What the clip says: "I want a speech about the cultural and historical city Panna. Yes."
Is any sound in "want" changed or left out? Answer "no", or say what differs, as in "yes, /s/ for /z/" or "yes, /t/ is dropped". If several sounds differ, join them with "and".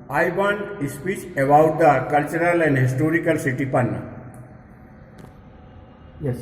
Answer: yes, /t/ is dropped